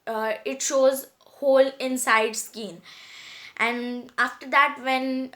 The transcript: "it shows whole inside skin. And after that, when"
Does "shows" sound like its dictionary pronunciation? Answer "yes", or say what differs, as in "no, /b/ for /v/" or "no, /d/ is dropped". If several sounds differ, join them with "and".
yes